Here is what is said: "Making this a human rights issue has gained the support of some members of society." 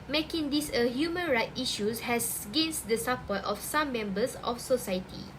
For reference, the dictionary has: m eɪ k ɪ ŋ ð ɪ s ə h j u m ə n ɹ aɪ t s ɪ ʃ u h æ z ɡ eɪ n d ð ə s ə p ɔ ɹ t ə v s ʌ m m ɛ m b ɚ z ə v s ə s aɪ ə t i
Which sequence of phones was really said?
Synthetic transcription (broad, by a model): m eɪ k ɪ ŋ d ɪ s ə h j u m ə n ɹ aɪ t i ʃ u h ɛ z ɡ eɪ n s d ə s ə p ɔ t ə f s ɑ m m ɛ m b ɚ s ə f s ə s aɪ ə t i